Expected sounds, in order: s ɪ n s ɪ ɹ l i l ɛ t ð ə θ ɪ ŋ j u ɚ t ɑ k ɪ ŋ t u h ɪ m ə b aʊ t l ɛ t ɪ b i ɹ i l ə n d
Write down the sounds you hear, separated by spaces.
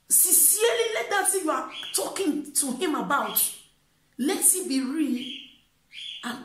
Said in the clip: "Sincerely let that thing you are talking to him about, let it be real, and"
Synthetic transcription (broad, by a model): s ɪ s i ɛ l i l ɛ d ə s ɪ j u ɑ t ɑ k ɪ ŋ t u h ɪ m ə b aʊ t l ɛ t ɪ b i ɹ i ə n